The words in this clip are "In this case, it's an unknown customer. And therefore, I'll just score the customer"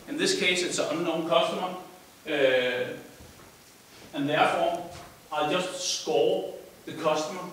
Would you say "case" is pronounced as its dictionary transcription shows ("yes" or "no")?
no